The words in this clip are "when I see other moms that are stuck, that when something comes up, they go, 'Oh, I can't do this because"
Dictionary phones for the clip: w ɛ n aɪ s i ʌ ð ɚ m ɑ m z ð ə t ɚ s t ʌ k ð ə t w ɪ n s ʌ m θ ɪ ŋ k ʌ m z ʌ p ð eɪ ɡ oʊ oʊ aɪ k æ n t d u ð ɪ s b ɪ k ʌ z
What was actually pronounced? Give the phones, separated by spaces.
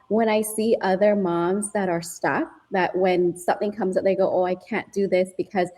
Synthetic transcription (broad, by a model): w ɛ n aɪ s i ʌ ð ɚ m ɑ m z ð ə t ɚ s t ʌ k ð ə t w ɪ n s ʌ m θ ɪ ŋ k ʌ m z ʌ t ð eɪ ɡ oʊ oʊ aɪ k æ n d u ð ɪ s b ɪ k ʌ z